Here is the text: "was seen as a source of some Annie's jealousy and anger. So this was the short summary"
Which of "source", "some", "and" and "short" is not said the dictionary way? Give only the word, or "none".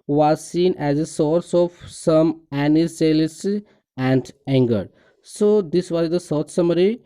short